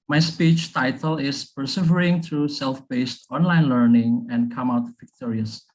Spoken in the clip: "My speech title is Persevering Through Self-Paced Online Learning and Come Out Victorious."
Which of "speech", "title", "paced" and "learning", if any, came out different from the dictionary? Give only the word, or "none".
paced